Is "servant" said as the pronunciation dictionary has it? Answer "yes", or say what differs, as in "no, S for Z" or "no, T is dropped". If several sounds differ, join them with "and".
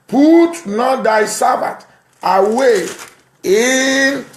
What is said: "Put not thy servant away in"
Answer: no, B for V and N is dropped